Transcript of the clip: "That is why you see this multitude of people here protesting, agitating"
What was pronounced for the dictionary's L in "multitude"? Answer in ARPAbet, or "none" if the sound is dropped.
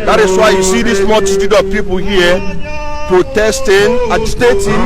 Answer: none